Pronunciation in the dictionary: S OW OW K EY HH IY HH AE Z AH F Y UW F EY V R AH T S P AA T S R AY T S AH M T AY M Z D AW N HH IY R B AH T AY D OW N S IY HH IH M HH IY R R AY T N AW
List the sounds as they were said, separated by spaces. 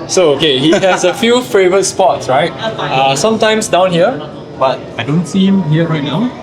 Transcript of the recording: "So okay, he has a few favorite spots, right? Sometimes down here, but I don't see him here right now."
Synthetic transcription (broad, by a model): S OW OW K EY HH IY HH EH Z AH F Y UW F EY V R AH T S P AA T S R AY T S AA M T AY M S D AW N HH IY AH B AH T AY D OW N S IY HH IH M HH IY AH R AY T N AW